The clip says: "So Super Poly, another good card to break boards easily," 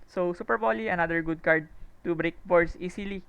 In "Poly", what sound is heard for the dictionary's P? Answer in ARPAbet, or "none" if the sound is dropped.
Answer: B